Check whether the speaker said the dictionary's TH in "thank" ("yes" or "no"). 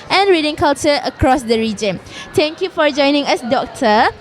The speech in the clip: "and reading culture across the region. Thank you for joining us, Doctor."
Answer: no